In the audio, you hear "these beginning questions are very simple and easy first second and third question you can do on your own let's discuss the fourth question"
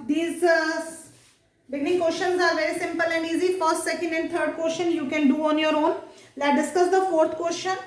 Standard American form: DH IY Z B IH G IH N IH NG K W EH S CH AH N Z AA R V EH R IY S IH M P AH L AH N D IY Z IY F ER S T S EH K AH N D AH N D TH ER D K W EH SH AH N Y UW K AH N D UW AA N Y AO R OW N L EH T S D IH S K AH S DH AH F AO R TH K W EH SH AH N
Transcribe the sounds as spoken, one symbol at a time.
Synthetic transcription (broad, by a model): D IY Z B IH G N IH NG K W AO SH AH N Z AA R V EH R IY S IH M P AH L AH N D IY Z IY F ER S T S EH K AH N D AH N D T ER D K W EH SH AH N Y UW K AH N D UW AA N Y AO R OW N L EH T D IH S K AH S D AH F AO R T K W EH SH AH N